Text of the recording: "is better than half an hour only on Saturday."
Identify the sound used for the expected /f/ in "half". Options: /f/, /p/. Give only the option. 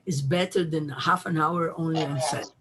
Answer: /f/